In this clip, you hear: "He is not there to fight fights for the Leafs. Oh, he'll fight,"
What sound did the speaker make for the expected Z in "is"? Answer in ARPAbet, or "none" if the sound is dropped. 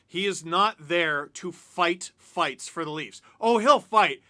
Z